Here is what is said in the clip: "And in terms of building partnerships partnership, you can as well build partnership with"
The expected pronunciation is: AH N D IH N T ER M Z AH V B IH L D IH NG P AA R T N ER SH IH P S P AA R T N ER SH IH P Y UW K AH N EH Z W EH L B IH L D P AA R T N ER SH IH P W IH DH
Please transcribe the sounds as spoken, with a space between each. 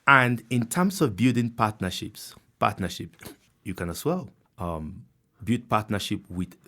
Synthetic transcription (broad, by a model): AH N D IH N T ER M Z AH V B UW D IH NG P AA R T N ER SH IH P S P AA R T N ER SH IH P Y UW K AH N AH S W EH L B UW D P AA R T N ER SH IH P W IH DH